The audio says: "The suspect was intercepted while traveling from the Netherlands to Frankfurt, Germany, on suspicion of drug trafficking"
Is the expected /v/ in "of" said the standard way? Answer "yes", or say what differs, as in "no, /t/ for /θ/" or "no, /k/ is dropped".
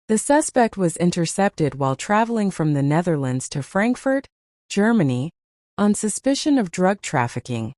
yes